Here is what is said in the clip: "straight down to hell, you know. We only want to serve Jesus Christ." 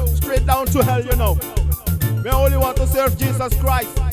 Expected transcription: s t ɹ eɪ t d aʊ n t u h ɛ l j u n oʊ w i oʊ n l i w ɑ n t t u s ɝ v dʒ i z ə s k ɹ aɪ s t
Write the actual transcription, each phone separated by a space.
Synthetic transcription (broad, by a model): s t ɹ eɪ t d aʊ n t u h ɛ l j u n oʊ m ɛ oʊ n l i w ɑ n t t u s ɝ v dʒ i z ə s k ɹ aɪ s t